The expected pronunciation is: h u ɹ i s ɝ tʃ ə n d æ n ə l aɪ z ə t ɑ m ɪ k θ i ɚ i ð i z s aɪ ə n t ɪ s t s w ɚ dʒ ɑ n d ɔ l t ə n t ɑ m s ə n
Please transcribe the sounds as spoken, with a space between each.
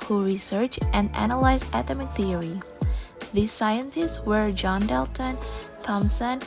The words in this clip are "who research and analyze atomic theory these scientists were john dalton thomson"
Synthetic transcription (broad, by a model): h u ɹ i s ɝ tʃ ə n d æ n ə l aɪ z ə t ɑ m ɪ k θ i ɚ i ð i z s aɪ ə n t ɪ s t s w ɚ dʒ ɑ n d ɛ l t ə n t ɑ m s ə n